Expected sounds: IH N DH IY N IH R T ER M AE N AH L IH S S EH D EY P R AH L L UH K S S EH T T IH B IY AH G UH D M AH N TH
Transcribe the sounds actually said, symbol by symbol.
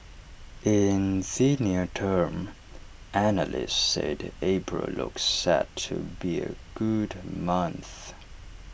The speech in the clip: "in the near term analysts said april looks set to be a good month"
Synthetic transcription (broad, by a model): IH N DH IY N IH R T ER M AE N AH L IH S S EH D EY B R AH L L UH K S S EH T T IH B IY AH G UH D M AH N TH